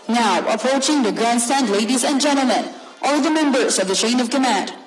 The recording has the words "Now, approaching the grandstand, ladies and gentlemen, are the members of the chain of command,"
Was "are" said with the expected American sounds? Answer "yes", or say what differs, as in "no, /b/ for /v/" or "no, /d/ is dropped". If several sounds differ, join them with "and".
no, /l/ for /ɹ/